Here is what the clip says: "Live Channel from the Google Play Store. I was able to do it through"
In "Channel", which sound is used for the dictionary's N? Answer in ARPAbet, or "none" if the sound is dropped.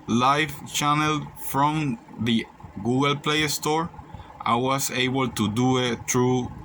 N